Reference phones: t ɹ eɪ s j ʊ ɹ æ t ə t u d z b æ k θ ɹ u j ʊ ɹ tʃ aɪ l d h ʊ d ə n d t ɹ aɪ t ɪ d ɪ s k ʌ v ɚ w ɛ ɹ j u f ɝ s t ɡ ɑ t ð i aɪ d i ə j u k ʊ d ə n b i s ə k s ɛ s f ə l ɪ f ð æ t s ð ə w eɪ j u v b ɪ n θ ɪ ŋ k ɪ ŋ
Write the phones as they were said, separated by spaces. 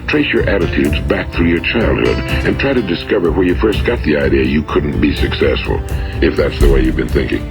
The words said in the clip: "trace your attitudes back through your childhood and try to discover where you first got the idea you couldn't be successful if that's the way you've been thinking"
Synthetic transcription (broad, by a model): t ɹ eɪ s j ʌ ɹ æ t ə t u d z b æ k θ ɹ u j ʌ ɹ tʃ aɪ l d h ʊ d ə n t ɹ aɪ t ɪ d ɪ s k ʌ v ɚ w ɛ ɹ j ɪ f ɝ s t ɡ ɑ t ð i aɪ d i ə j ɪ k ʊ d n b i s ə k s ɛ s f ə l ɪ f ð æ t s ð ə w eɪ j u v b ɪ n θ ɪ ŋ k ɪ ŋ